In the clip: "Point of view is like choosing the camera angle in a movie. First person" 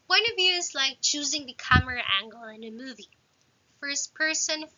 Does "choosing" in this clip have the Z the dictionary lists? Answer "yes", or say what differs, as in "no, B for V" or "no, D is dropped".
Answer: yes